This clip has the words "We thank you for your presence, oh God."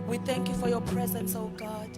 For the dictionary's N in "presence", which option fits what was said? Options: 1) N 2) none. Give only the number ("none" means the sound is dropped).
1